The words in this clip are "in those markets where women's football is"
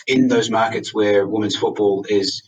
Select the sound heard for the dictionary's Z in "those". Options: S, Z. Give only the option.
Z